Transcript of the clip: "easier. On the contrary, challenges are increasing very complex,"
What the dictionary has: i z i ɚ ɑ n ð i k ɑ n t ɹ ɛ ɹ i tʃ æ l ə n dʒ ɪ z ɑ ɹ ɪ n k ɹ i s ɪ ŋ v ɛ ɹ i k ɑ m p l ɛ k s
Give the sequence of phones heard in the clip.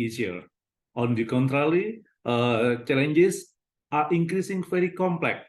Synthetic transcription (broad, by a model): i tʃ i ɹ ɑ n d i k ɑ n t ɹ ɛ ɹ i tʃ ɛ l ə n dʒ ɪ s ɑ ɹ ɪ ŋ k ɹ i s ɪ ŋ f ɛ ɹ i k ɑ m p l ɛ k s